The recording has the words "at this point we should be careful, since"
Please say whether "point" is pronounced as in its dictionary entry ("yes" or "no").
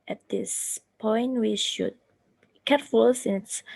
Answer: yes